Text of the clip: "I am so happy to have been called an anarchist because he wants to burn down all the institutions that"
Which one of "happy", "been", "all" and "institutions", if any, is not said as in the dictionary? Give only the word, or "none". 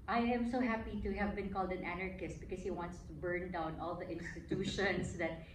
institutions